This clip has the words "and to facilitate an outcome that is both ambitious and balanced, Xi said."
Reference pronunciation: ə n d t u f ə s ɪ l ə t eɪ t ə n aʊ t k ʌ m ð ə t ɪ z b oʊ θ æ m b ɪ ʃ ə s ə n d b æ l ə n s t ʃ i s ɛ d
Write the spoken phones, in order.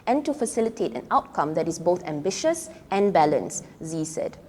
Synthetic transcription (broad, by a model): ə n t u f ə s ɪ l ə t eɪ t ə n aʊ t k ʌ m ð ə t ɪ s b oʊ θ æ m b ɪ ʃ ə s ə n b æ l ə n s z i s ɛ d